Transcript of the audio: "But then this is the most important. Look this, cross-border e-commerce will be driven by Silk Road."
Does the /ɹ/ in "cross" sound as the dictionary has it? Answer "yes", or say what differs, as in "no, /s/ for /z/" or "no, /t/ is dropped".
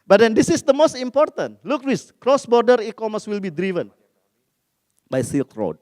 yes